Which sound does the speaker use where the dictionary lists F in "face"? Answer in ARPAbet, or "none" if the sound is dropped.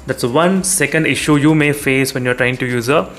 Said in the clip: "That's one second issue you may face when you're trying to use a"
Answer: F